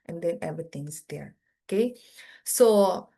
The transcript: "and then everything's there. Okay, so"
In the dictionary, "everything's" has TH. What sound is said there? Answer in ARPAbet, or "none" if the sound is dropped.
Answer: T